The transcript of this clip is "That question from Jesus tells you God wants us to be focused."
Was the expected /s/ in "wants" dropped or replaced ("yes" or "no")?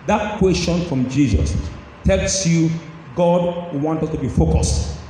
yes